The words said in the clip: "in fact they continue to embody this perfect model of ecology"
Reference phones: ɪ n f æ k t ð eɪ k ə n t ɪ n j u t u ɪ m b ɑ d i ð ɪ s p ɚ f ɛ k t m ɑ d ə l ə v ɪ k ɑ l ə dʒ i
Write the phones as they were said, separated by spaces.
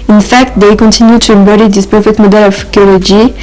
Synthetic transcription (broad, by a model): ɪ n f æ k t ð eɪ k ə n t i n j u t u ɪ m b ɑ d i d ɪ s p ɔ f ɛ t m ɑ d ə l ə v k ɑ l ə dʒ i